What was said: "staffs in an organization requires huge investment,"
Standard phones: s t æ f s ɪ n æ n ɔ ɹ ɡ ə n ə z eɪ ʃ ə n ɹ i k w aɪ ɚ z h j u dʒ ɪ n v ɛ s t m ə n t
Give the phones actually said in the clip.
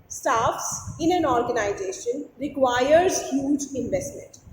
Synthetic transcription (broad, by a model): s t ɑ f s ɪ n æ n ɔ ɹ ɡ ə n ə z eɪ ʃ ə n ɹ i k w aɪ ɚ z h j u dʒ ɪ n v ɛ s t m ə n t